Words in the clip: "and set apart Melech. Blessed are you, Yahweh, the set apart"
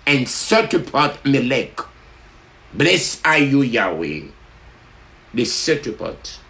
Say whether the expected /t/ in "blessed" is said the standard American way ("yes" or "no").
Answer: no